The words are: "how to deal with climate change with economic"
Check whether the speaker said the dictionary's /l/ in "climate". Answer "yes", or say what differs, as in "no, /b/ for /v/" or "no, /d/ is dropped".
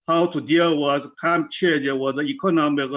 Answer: no, /l/ is dropped